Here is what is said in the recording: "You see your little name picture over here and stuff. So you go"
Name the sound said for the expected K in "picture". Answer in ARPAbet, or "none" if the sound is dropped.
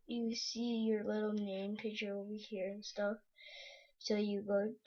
none